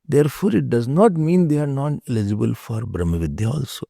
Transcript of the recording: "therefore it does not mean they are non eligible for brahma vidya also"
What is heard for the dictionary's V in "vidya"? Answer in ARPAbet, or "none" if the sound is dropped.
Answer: V